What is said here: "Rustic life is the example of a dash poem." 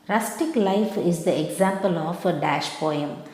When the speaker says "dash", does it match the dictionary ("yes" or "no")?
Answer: yes